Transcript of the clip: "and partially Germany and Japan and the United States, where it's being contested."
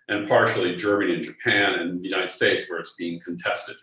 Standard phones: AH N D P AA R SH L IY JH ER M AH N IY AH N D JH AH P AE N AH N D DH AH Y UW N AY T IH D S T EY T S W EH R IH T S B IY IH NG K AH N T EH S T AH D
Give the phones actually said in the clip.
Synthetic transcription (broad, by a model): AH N P AA R SH L IY JH ER M AH N IY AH N JH AH P AE N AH N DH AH Y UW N AY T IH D S T EY T S W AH R IH T S B IY IH NG K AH N T EH S T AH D